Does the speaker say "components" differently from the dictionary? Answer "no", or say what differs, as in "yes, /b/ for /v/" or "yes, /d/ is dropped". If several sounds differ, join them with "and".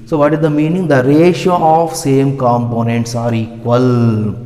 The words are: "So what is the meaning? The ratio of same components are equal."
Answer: no